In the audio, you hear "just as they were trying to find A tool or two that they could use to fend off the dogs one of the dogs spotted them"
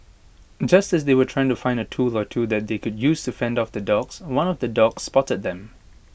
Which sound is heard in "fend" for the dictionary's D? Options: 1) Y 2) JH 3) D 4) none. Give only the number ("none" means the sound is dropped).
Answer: 3